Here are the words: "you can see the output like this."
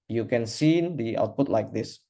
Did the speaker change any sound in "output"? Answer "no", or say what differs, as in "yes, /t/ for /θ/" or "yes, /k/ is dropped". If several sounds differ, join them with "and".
no